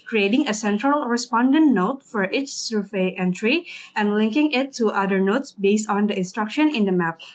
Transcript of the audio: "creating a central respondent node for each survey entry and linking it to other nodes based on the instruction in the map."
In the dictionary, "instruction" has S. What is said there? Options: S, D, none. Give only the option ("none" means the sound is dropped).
S